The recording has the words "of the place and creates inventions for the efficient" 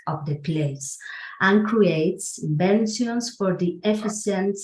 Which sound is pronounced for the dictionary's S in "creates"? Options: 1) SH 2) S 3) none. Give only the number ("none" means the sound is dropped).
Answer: 2